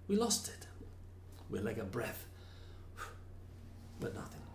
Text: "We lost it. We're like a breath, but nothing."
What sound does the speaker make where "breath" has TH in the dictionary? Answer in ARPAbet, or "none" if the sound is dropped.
TH